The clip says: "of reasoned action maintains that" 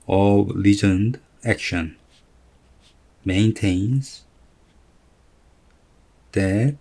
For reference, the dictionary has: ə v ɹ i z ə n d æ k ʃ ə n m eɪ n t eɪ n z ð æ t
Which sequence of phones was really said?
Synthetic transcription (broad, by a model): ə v l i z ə n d æ k ʃ ə n m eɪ n t eɪ n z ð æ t